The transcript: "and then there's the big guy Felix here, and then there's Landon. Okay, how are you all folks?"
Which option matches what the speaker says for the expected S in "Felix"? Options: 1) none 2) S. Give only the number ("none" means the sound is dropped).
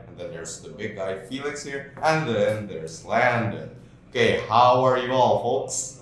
2